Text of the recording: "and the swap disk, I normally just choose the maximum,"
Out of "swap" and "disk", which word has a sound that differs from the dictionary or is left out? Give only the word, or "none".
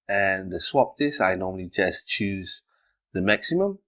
disk